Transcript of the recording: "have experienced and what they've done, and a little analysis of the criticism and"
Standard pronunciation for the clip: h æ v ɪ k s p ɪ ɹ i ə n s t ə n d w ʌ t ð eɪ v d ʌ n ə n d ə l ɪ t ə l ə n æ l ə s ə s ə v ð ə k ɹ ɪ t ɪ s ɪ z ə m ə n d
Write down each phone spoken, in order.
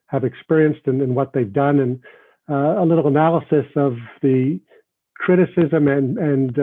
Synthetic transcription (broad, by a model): h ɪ v ɪ k s p ɪ ɹ i ə n s t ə n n w ʌ t ð eɪ v d ʌ n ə n ə l ɪ t l ə n æ l ə s ə s ə v ð ə k ɹ ɪ t ɪ s ɪ z ə m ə n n